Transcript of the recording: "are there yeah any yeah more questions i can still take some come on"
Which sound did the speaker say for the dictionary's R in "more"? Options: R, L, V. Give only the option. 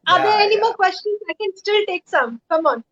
L